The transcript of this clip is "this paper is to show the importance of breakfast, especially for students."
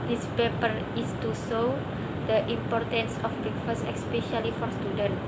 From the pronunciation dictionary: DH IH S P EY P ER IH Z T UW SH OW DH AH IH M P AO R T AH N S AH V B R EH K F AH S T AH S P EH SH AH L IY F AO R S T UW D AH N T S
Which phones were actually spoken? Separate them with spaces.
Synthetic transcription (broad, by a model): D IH S P EY P ER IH S T UW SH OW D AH IH M P AO R T AH N S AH F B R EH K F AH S AH S P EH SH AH L IY F AO R S T UW D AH N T